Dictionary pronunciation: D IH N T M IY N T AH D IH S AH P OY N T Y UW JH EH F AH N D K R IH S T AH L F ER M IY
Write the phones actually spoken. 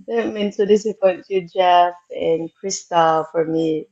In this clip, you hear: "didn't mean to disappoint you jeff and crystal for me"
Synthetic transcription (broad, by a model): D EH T M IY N S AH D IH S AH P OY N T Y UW JH EH F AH N K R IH S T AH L F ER M IY